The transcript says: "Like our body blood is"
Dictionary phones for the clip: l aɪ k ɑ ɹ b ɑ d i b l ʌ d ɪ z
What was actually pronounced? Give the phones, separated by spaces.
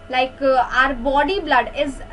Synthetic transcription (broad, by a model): l aɪ k ɑ ɹ b ɑ d i b l ʌ d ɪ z